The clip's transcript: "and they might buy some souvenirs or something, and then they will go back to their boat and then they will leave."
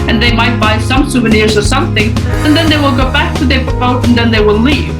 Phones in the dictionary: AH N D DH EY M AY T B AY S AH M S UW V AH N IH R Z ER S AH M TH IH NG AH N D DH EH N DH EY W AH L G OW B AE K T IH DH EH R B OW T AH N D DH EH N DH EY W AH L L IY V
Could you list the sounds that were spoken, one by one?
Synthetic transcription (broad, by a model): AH N DH EY M AY T B AY S AH M S UW V AH N IH R Z ER S AH M TH IH NG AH N DH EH N DH EY W AH L G OW B AE K T IH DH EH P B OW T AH N DH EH N DH EY W AH L L IY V